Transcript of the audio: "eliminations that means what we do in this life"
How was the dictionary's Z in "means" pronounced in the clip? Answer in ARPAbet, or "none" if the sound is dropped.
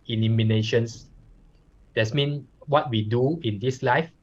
none